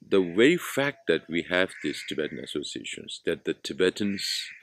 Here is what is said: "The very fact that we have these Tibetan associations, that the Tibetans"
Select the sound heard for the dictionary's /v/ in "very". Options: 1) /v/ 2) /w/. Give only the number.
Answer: 2